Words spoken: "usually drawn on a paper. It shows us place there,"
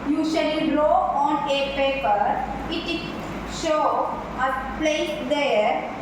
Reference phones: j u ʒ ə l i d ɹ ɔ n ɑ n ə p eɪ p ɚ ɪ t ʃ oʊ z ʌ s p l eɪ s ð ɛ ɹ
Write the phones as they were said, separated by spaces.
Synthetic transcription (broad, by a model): j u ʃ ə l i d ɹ ɔ ɑ n ə p eɪ p ɚ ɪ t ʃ oʊ ʌ p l eɪ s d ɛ ɹ